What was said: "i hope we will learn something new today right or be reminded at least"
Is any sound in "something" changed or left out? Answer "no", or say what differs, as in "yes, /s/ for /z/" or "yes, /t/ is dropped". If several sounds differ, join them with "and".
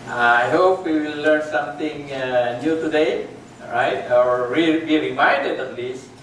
yes, /t/ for /θ/